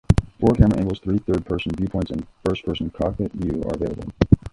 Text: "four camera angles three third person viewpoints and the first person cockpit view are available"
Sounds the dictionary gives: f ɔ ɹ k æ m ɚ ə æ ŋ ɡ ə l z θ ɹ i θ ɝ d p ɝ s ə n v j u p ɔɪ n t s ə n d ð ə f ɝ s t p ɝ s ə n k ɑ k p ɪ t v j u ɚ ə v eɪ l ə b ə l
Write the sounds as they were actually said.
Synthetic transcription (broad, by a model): f ɔ ɹ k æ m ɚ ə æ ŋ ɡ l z θ ɹ i θ ɝ d p ɝ s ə n v j u p ɔɪ n t s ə n f ɝ s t p ɝ s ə n k ɑ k ɪ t v j u ɚ ə v eɪ l ə b ə l